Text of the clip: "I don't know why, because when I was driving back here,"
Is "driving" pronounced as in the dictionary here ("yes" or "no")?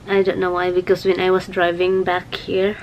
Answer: yes